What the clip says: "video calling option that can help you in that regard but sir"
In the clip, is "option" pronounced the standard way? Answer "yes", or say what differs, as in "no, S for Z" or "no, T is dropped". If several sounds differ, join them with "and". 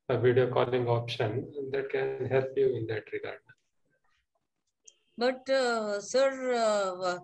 yes